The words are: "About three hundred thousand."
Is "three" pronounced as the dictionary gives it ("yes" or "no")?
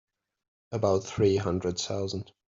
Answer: yes